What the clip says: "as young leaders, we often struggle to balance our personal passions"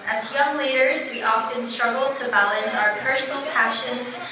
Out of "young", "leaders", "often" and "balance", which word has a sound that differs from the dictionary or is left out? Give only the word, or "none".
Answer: none